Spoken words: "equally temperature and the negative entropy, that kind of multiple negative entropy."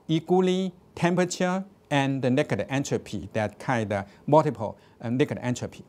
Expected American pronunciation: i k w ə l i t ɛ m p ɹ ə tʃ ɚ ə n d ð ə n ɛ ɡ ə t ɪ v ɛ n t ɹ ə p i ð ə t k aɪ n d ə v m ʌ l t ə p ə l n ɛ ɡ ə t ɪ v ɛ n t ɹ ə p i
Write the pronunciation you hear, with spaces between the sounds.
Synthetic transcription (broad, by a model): i k w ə l i t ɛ m p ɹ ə tʃ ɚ ə n d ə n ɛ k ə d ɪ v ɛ n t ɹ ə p i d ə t k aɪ d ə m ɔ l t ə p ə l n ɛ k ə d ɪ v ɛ n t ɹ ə p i